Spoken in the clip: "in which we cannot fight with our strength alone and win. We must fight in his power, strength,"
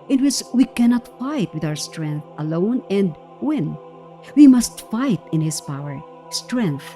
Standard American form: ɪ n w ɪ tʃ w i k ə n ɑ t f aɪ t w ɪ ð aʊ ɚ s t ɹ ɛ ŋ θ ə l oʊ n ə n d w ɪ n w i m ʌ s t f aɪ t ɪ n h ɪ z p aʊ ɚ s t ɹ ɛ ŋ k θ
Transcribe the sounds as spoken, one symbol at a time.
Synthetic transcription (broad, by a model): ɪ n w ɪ s w i k ə n ɑ t f aɪ t w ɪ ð aʊ ɚ s t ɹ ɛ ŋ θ ə l oʊ n ə n d w ɪ n w i m ʌ s t f aɪ t ɪ n h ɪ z p aʊ ɚ s t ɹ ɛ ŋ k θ